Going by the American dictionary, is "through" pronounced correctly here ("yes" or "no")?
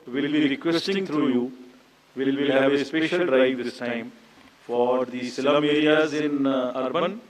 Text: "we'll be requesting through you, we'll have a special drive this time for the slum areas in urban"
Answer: no